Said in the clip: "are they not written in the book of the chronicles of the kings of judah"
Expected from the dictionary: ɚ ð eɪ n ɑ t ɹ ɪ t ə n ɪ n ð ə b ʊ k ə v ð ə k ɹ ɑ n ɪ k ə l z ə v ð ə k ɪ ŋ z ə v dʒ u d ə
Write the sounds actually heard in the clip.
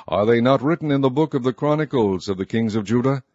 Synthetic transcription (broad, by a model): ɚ ð eɪ n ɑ t ɹ ɪ t n ɪ n ð ə b ʊ k ə v ð ə k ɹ ɑ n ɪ k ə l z ə v ð ə k ɪ ŋ z ə v dʒ u d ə